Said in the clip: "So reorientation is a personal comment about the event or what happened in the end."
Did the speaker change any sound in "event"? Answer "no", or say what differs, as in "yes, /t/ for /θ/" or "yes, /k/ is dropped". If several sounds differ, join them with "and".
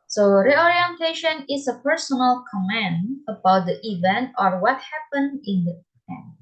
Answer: no